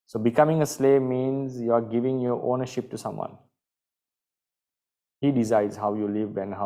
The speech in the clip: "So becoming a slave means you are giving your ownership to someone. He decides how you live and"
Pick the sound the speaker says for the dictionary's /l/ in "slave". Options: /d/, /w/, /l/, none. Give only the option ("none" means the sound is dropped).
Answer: /l/